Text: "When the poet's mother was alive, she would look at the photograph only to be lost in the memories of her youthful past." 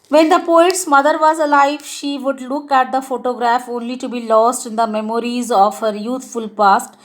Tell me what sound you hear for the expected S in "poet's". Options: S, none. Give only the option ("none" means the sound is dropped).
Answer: S